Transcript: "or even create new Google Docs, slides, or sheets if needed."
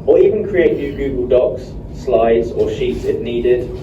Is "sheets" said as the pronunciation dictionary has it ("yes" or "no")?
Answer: yes